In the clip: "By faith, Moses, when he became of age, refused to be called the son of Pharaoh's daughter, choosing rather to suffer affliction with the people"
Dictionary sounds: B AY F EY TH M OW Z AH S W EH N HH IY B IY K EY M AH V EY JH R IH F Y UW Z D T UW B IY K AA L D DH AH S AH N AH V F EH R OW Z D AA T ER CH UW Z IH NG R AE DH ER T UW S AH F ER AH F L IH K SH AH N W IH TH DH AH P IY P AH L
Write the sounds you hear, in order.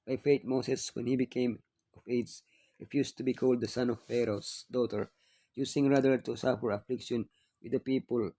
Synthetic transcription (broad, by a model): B AY F EY T M OW S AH S W EH N HH IY B IY K EY M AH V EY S R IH F Y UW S T UW B IY K AA L D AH S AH N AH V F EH R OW S D AA T ER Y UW S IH NG R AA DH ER T UW S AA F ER AH F L IH K SH AH N W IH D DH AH P IY P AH L